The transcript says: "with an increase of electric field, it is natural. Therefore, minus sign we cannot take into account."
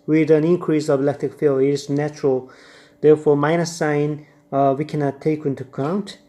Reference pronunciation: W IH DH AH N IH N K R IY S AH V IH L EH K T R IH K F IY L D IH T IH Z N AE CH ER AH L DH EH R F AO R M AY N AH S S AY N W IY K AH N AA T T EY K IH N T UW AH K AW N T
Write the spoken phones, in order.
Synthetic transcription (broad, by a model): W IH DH AH N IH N K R IY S AH V IH L EH K T R IH K F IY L IH T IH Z N AE CH ER AH L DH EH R F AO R M AY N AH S S AY N W IY K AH N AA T T EY K IH N T UW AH K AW N T